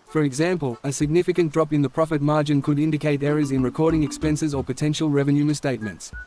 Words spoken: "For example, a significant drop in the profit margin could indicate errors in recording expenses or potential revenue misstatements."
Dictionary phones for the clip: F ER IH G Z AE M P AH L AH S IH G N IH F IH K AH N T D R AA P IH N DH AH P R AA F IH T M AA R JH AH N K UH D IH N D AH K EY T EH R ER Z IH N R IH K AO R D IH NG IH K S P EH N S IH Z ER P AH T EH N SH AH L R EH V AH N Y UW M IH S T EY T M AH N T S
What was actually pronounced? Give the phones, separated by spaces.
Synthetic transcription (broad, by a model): F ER IH G Z AE M P AH L AH S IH G N IH F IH K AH N D R AA P IH N DH AH P R AA F IH T M AA R JH AH N K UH D IH N D AH K EY T EH R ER Z IH N R IH K AO R D IH NG IH K S P EH N S IH Z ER P AH T EH N SH AH L R EH V AH N Y UW M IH S T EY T M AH N T S